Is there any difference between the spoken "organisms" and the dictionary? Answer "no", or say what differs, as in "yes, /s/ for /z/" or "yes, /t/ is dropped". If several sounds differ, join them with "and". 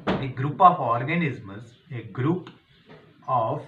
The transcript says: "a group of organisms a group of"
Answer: yes, /m/ is dropped